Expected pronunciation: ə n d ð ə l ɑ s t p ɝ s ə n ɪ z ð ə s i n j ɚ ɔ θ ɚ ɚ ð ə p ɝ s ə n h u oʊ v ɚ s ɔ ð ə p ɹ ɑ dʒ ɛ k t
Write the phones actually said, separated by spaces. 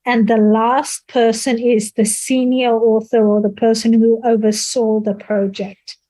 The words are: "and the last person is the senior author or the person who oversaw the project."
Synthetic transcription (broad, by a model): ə n ð ə l ɑ s t p ɝ s ə n ɪ z ð ə s i n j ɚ ɔ θ ɚ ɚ ð ə p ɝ s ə n h u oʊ v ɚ s ɔ ð ə p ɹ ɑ dʒ ɛ k t